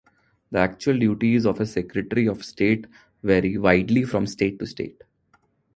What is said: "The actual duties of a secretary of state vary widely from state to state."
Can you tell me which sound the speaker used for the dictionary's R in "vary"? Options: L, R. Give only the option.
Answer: R